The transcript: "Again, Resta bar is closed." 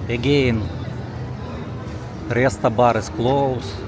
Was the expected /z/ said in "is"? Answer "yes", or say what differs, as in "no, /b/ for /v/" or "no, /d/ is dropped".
no, /s/ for /z/